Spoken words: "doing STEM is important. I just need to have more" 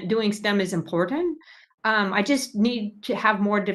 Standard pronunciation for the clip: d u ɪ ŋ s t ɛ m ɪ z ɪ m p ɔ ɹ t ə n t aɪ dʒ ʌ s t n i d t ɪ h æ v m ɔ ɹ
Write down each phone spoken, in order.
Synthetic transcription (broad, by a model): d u ɪ ŋ s t ɛ m ɪ z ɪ m p ɔ ɹ t n t aɪ dʒ ʌ s t n i d t ɪ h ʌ v m ɔ ɹ